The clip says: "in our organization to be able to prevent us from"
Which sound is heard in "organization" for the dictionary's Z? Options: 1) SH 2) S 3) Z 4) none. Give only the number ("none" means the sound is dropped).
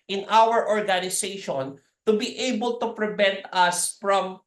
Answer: 2